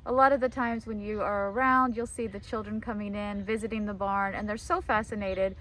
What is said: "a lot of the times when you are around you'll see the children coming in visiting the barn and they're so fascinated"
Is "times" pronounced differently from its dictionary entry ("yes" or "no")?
no